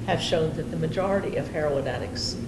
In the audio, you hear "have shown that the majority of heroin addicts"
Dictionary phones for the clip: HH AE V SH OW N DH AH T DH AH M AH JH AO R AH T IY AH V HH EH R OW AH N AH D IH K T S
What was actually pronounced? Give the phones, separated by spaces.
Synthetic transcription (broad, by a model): HH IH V SH OW N DH AH T DH AH M AH JH AO R AH T IY AH V HH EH R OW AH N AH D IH K S